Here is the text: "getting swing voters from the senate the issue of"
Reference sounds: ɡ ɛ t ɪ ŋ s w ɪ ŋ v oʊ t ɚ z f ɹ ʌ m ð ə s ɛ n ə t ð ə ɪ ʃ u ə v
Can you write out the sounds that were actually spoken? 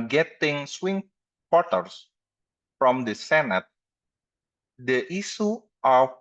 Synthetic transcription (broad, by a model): ɡ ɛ t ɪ ŋ s w ɪ ŋ p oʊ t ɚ s f ɹ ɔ m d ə s ɛ n ə t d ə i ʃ u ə